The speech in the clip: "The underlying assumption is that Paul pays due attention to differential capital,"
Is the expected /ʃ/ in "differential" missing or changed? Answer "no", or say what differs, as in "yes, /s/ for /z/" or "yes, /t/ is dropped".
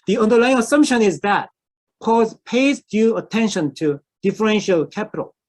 no